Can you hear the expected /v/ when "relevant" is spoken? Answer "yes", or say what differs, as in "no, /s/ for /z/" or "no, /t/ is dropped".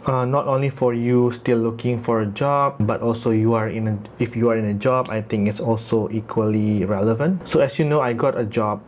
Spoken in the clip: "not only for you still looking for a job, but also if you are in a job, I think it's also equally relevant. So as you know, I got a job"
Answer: yes